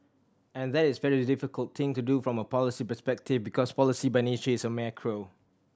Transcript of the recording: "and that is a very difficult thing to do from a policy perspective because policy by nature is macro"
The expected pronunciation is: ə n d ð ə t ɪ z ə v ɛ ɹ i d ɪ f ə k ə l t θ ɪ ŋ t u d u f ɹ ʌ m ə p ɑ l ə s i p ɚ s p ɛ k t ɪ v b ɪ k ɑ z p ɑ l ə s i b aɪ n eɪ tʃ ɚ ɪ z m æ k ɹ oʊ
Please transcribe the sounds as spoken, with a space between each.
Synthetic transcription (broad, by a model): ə n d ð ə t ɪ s v ɛ ɹ i d ɪ f ə k ə l t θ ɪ ŋ t u d u f ɹ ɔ m ə p ɑ l ə s i p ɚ s p ɛ k t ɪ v b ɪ k ɑ s p ɑ l ə s i b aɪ n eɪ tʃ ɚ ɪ s m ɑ k ɹ oʊ